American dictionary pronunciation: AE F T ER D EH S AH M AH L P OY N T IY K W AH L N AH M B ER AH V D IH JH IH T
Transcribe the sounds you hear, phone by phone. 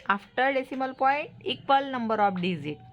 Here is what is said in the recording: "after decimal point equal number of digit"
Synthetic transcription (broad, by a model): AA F T ER D EH S AH M AH L P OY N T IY K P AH L N AH M B ER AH P D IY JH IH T